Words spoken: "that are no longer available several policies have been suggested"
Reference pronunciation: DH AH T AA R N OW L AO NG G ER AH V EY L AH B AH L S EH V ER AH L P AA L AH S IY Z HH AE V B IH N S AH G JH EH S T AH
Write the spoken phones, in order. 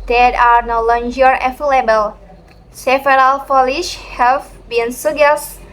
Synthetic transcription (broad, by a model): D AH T AA R N OW L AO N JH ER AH F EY L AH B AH L S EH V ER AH L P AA L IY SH HH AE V B IH N S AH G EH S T